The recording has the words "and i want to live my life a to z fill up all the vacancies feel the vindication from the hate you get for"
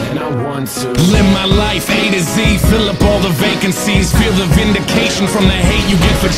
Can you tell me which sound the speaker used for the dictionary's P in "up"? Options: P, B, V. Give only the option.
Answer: P